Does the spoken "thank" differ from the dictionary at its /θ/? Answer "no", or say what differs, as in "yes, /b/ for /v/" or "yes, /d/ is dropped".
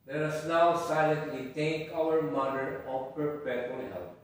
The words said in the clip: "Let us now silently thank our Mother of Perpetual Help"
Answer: yes, /t/ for /θ/